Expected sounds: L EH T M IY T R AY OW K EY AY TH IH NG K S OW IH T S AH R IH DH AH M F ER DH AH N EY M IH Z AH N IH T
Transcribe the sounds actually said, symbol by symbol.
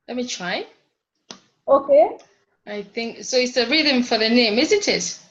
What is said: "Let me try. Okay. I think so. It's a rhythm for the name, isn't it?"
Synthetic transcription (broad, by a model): L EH T M IY T R AY OW K EY AY TH IH NG K S OW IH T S AH R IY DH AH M F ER DH AH N EY M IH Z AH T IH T